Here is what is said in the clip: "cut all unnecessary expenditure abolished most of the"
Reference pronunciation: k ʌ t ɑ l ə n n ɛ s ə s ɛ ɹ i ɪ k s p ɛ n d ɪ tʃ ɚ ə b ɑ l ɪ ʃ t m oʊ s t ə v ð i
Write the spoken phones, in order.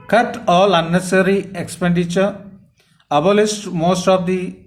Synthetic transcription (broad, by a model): k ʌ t ɑ l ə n n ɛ s s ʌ ɹ i ɪ k s p ɛ n d ɪ tʃ ɚ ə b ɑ l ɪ s t m oʊ s t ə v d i